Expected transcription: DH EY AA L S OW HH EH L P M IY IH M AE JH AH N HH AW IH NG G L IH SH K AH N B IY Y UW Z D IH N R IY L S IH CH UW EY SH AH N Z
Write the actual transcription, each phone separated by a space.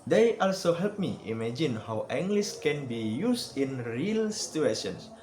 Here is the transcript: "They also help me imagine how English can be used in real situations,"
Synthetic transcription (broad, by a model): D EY AA L S OW HH EH L P M IY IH M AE JH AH N HH AW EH NG G L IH S K AH N B IY Y UW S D IH N R IY L S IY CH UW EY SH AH N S